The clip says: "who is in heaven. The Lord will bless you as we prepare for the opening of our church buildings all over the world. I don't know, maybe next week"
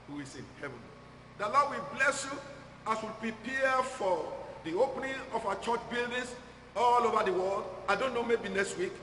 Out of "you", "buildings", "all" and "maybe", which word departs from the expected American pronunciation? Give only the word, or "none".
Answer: buildings